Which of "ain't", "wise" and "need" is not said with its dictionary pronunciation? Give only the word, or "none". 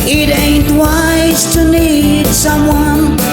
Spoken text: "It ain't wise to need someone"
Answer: none